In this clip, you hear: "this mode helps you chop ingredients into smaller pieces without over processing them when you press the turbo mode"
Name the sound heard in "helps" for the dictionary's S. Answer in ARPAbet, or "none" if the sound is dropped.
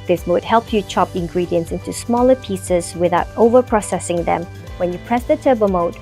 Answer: none